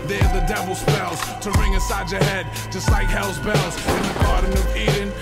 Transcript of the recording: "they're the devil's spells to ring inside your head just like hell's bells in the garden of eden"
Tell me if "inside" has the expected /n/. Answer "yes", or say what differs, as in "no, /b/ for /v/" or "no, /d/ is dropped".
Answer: no, /n/ is dropped